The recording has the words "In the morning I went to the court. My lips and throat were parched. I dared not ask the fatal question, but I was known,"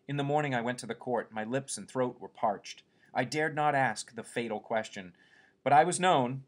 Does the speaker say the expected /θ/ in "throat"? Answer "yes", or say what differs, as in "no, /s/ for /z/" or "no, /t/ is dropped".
yes